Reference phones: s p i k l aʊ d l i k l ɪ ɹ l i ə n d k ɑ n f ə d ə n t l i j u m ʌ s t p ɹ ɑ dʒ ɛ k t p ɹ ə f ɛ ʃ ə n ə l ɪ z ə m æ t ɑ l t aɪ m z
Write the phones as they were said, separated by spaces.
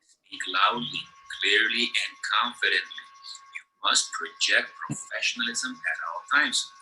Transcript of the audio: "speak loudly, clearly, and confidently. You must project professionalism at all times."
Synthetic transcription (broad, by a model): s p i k l aʊ d l i k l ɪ ɹ l i ə n d k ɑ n f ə d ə n t l i j u m ʌ s t p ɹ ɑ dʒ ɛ k t p ɹ ə f ɛ ʃ ə n ə l ɪ z ə m æ t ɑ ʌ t aɪ m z